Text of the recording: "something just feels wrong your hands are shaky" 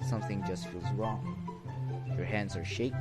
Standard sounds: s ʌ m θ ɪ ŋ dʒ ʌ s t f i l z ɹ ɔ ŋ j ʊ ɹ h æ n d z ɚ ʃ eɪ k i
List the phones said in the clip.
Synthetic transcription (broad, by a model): s ʌ m θ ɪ ŋ dʒ ʌ s t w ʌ z ɹ ɔ ŋ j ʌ ɹ h æ n d z ɚ ʃ eɪ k